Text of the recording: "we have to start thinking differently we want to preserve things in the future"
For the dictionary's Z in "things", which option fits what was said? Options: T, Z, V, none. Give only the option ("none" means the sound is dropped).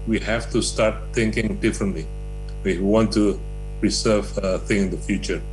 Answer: none